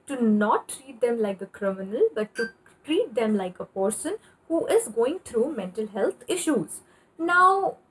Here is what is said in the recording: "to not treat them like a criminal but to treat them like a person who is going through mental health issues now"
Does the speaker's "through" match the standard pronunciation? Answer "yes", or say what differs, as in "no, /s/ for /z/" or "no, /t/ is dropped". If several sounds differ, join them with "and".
no, /t/ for /θ/